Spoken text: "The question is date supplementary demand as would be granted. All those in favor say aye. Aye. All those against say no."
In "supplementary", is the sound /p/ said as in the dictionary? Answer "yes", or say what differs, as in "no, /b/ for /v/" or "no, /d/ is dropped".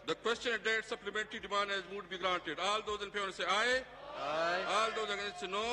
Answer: yes